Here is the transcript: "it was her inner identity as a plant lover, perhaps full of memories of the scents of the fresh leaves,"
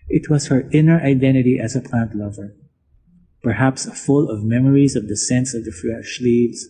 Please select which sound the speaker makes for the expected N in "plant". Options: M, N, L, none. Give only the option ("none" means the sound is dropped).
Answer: N